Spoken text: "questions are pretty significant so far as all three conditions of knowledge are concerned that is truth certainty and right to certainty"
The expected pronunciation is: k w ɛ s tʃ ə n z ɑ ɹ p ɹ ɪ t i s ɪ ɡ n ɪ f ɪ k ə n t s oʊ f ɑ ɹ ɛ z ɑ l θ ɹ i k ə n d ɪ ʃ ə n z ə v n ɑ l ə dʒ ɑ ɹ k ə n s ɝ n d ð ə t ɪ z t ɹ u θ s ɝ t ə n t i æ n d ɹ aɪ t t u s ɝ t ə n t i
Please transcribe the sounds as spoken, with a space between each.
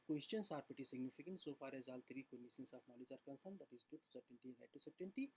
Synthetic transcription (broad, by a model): k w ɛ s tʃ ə n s ɑ ɹ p ɪ t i s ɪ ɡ n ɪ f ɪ k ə n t s oʊ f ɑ ɹ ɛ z ɑ l t ɹ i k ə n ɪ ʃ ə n s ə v n ɑ l ə dʒ ɑ ɹ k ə n s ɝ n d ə t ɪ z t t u s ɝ t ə n t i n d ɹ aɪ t t u s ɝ t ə n t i